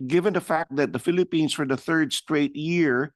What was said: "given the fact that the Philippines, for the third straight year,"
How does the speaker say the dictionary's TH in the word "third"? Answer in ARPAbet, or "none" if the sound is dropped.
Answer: TH